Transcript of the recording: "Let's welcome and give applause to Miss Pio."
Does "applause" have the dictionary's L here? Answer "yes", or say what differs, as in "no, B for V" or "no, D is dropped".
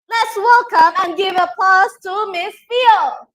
no, L is dropped